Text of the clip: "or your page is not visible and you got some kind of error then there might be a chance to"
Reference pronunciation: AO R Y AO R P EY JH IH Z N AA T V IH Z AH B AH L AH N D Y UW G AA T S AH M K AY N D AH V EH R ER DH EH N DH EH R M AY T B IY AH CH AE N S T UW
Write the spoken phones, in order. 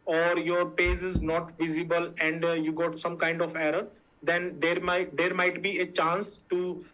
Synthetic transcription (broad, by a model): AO R Y AO R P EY Z IH Z N AA T V IH Z AH B AH L AH N D Y UW G AA T S AH M K AY N D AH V EH R ER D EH N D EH R M AY T B IY AH CH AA N S T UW